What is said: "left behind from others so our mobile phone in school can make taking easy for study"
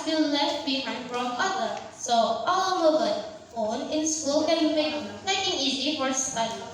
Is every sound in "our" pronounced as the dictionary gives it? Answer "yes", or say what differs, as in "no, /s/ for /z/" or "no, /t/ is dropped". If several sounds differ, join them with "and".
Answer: no, /l/ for /ɹ/